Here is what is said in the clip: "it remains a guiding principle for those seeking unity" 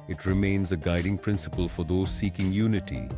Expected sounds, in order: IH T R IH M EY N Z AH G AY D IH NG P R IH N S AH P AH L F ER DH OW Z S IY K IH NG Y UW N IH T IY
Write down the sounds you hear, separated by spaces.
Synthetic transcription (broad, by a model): IH T R IH M EY N Z AH G AY D IH NG P R IH N S AH P AH L F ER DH OW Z S IY K IH NG Y UW N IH T IY